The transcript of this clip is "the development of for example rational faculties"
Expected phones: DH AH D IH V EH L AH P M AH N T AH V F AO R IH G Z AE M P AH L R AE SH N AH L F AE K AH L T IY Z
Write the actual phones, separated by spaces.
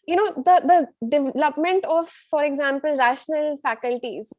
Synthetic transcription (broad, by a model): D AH D IH V EH L AH P M AH N T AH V F AO R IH G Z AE M P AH L R AE SH N AH L F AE K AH L T IY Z